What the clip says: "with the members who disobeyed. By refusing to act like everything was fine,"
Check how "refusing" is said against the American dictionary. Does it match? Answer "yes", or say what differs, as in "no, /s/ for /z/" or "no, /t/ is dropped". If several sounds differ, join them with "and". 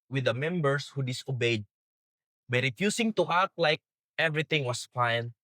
no, /s/ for /z/